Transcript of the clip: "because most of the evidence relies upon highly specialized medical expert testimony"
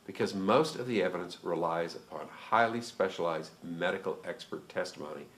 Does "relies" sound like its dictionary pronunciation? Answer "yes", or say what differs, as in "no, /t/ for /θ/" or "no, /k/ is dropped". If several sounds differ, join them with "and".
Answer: yes